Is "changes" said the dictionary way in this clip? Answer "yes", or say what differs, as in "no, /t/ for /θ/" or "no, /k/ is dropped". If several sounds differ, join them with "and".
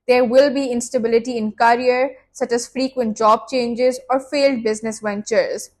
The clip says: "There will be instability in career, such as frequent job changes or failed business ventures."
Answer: yes